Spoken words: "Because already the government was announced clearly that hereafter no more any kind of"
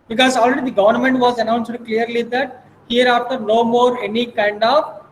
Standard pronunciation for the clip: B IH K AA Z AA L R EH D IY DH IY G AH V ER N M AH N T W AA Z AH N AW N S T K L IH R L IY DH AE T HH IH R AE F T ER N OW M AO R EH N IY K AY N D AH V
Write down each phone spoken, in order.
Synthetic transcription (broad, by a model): B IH K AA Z AA L R EH D IY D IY G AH V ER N M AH N T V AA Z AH N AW N S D K L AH R L IY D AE T HH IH R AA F T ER N OW M AO R EH N IY K AY N D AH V